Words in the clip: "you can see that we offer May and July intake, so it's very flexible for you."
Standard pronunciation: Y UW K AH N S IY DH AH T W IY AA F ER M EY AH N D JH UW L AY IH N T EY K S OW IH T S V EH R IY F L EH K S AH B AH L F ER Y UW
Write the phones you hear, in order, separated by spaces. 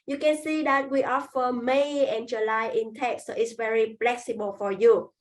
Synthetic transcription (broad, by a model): Y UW K AH N S IY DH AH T W IY AA F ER M EY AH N JH UW L AY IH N T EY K S OW IH T S V EH R IY P L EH K S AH B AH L F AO Y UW